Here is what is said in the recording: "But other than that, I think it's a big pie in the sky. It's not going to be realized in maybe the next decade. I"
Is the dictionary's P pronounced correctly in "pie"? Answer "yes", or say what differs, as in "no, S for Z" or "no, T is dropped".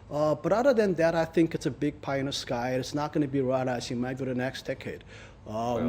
yes